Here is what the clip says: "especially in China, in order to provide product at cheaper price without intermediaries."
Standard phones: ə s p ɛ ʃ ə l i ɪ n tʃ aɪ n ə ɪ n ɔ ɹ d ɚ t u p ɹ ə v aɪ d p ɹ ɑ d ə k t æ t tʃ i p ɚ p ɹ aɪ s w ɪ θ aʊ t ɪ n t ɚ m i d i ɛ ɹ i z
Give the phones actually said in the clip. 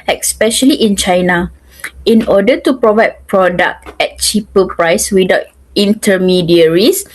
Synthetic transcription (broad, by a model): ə s p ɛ ʃ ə l i ɪ n tʃ aɪ n ə ɪ n ɔ d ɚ t u p ɹ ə v aɪ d p ɹ ɑ d ə k t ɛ t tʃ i p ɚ p ɹ aɪ s w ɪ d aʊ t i n t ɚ m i d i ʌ ɹ i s